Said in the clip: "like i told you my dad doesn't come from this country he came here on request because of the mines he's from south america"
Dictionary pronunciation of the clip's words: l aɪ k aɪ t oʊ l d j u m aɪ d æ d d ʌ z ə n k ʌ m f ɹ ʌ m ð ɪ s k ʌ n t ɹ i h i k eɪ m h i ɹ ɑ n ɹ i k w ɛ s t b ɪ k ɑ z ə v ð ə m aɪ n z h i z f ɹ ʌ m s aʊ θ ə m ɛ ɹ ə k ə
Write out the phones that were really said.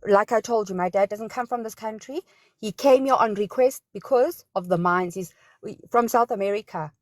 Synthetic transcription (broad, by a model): l aɪ k aɪ t oʊ l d j u m aɪ d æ d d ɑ z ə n k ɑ m f ɹ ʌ m ð ɪ s k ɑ n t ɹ i h i k eɪ m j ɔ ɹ ɑ n ɹ i k w ɛ s t b ɪ k ɑ z ə v ð ə m aɪ n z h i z f ɹ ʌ m s aʊ θ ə m ɛ ɹ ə k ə